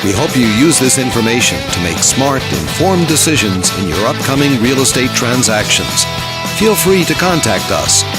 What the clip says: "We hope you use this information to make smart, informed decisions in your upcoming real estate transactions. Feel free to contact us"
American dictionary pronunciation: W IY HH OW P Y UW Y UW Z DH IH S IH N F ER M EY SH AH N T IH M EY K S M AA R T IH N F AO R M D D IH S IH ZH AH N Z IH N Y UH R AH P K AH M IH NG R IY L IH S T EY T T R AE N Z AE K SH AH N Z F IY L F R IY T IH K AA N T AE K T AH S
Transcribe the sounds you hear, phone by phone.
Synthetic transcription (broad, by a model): W IY HH OW P Y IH Y UW Z DH IH S IH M F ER M EY SH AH N T IH M EY K S M AA R T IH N F AO R M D D IH S IH ZH AH N Z IH N Y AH R AH P K AH M IH NG R IY L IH S T EY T T R AE N Z AE K SH AH N Z F IY L F R IY T IH K AA N T AE K T AH S